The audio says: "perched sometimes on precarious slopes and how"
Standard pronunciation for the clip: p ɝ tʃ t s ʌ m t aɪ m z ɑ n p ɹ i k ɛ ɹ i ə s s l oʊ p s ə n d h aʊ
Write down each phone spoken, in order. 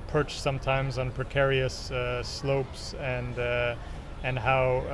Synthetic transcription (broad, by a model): p ɝ tʃ s ʌ m t aɪ m z n p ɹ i k ɛ ɹ i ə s s l oʊ p s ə n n h aʊ